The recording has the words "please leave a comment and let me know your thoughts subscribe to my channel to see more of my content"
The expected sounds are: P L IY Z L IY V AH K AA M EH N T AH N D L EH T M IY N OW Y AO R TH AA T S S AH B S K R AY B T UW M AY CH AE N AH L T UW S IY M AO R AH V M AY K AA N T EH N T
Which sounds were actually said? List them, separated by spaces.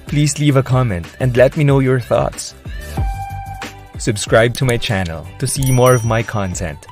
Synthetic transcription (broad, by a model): P L IY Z L IY V AH K AA M EH N T AH N D L EH T M IY N OW Y AO R TH AA T S S AH B S K R AY B T UW M AY CH AE N AH L T UW S IY M AO R AH V M AY K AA N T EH N T